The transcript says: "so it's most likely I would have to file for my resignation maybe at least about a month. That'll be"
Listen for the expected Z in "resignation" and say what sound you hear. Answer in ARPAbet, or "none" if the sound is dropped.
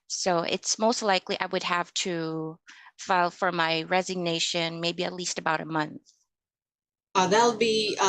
Z